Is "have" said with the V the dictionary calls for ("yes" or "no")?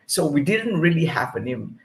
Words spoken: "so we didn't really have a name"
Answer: no